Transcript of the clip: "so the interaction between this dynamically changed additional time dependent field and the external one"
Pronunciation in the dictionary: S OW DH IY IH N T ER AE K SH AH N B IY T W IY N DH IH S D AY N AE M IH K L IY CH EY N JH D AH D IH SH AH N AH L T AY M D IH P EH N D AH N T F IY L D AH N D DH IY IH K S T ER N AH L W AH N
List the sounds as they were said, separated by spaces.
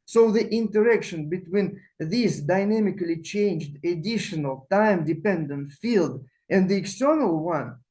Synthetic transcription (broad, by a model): S OW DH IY IH N T ER AE K SH AH N B IY T W IY N DH IH S D AY N AE M IH K L IY CH EY N JH D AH D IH SH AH N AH L T AY M D IH P EH N D AH N T F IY L D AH N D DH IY IH K S T ER N AH L W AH N